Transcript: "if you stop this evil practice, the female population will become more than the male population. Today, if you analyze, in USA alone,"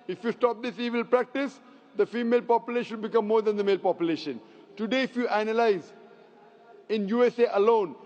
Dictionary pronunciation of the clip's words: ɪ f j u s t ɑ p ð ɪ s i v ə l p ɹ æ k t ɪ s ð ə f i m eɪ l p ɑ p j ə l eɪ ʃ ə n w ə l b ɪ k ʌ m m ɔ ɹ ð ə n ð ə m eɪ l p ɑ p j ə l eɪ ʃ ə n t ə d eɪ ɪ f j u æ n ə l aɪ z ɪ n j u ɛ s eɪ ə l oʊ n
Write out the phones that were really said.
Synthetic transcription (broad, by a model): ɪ f j u s t ɑ p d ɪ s i v ə l p ɹ æ k t ɪ s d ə f i m eɪ l p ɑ p j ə l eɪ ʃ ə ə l b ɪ k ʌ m m ɔ ɹ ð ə n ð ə m eɪ l p ɑ p j ə l eɪ ʃ ə n t ə d eɪ ɪ f j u æ n ə l aɪ z ɪ n j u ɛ s eɪ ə l oʊ n